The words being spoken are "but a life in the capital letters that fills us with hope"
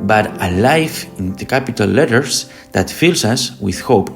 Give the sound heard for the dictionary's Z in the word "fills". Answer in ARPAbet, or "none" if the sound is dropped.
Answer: S